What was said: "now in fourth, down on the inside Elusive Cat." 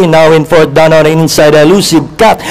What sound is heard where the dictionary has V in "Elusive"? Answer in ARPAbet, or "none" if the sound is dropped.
B